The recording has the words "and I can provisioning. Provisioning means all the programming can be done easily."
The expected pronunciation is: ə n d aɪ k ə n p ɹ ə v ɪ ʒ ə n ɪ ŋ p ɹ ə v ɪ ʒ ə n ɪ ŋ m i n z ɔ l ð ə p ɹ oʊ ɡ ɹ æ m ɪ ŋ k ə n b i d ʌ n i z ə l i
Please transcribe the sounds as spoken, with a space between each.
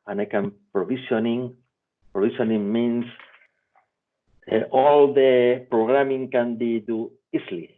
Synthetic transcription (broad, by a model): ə n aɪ k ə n p ɹ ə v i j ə n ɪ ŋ p ɹ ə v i s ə n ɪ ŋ m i n s ɔ l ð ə p ɹ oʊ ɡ ɹ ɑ m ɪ ŋ k ə n b i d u i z l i